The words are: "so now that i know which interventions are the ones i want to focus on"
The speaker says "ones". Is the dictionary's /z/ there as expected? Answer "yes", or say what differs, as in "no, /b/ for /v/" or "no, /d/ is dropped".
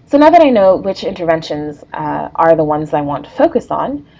yes